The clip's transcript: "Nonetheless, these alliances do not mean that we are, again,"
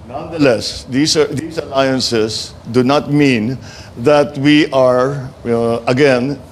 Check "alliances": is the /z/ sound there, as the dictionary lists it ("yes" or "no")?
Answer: no